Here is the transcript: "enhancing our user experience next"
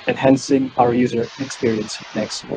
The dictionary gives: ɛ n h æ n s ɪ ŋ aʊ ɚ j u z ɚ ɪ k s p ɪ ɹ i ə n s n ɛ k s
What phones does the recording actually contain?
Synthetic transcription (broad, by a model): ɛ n h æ n s ɪ ŋ aʊ ɚ j u z ɚ ɪ k s p ɪ ɹ i ə n s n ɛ k s